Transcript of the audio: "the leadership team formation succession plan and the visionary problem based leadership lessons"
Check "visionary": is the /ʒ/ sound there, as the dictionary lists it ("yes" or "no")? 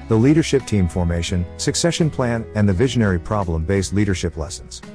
yes